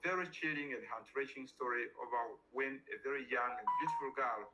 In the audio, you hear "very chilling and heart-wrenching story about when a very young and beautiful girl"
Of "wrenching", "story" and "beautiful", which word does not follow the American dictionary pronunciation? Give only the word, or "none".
wrenching